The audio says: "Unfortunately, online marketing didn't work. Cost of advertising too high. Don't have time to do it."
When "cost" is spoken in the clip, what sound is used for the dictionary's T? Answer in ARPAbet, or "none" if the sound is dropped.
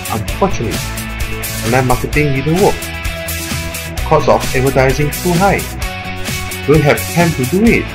none